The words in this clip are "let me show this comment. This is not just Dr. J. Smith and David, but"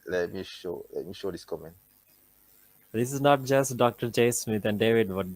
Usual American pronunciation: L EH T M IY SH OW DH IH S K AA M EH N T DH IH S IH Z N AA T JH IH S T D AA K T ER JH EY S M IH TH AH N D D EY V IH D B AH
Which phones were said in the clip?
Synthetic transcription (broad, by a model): L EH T M IY SH OW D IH S K AA M EH N T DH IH S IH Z N AA T JH IH S T D AA K T ER JH EY S M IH T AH N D D EY V IH D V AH